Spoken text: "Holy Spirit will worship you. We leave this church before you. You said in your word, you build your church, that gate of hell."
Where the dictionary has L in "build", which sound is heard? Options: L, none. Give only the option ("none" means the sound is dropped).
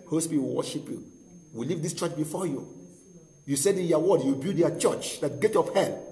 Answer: none